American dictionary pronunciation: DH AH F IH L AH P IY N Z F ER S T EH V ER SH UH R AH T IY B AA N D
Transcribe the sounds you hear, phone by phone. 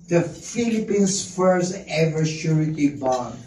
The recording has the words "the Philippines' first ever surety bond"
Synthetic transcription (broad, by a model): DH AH F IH L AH P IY N S F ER S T EH V ER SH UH R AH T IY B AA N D